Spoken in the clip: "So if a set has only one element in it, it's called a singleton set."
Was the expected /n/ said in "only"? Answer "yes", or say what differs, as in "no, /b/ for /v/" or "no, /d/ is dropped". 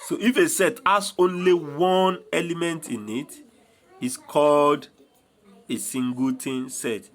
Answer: yes